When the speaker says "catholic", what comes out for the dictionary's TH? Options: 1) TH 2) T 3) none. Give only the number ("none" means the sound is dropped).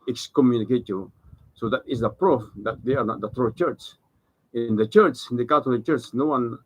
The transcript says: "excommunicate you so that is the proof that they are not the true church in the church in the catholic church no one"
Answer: 2